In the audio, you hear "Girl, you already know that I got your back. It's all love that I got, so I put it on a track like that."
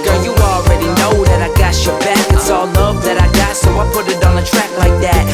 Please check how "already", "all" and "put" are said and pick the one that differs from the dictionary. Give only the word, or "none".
none